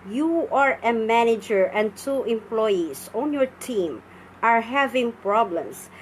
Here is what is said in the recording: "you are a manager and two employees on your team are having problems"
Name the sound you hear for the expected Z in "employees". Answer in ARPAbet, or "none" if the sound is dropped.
S